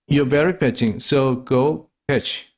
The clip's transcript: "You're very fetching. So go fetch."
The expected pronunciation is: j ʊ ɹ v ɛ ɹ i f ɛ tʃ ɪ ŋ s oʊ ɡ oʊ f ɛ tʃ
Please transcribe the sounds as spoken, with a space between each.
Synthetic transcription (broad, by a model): j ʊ v ɛ ɹ i p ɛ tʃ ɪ ŋ s oʊ ɡ oʊ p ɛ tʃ